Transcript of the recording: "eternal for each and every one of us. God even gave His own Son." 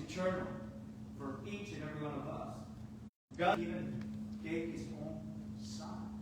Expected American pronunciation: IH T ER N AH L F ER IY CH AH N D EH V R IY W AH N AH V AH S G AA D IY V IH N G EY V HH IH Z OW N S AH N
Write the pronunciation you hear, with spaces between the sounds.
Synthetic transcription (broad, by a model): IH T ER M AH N F ER IY CH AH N EH V R IY W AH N AH V AH S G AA IY V IH N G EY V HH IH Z OW N S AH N